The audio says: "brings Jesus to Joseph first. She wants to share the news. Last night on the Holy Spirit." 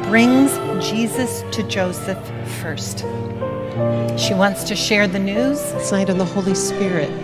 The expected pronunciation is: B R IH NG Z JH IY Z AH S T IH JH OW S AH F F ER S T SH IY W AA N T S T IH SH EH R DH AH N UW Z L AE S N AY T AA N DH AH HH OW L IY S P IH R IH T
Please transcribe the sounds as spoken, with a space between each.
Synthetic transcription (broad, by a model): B R IH NG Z JH IY Z AH S T IH JH OW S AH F F ER S T SH IY W AA N T S T IH SH EH R DH AH N UW Z S AY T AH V DH AH HH OW L IY S P IH R IH T